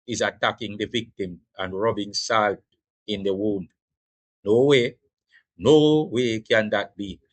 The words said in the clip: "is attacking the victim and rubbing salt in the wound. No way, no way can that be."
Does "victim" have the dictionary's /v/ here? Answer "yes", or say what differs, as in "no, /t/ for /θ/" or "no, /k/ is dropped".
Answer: yes